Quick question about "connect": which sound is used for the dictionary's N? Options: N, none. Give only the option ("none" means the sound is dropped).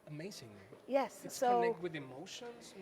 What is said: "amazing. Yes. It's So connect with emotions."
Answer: none